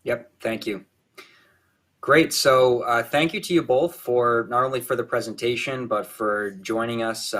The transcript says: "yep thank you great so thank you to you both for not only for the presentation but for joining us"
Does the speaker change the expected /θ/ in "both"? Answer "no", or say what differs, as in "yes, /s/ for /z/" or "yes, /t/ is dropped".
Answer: no